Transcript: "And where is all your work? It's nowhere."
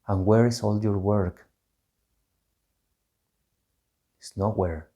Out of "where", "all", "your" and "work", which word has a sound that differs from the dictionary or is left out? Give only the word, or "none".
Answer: none